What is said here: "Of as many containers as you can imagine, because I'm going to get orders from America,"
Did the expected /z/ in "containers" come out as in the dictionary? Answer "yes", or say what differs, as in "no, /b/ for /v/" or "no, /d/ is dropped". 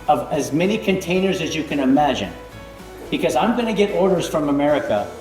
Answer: yes